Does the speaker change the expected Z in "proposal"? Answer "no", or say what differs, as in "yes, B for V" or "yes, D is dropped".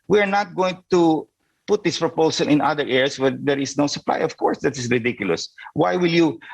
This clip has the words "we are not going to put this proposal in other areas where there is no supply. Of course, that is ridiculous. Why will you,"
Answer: yes, S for Z